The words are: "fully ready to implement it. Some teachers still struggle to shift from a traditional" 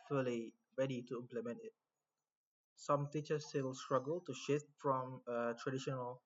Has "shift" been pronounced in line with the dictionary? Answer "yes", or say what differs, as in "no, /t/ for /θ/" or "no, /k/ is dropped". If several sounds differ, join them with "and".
yes